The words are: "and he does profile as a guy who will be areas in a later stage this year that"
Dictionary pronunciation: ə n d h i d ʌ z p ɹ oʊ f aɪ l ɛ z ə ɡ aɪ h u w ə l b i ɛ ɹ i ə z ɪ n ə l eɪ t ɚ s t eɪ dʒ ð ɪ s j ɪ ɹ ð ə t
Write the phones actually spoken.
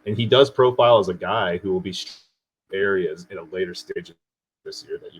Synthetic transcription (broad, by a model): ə n i d ʌ z p ɹ oʊ f aɪ l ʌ z ə ɡ aɪ h u w ə l b i ɛ ɹ i ə z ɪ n ə l eɪ t ɚ s t eɪ dʒ ð ɪ s j ɪ ɹ ð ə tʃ